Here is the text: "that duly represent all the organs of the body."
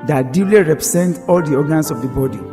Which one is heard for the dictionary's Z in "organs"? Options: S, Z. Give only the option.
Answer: S